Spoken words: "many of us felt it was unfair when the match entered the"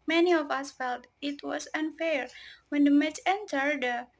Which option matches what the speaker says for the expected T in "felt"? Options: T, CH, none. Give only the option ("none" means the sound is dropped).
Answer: T